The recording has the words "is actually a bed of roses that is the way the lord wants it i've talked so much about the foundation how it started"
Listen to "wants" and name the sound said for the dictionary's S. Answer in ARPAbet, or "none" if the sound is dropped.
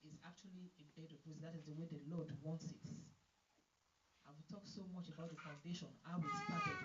S